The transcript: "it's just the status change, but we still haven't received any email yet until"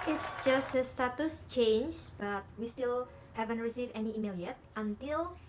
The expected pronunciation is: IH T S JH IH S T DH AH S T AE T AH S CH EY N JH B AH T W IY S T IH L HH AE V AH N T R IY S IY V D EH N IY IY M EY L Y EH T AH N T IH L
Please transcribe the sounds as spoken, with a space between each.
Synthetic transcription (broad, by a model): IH T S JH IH S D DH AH S T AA T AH S CH EY N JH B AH T W IY S T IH L HH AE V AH N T R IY S IY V EH N IY IY M EY L Y EH T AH N T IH L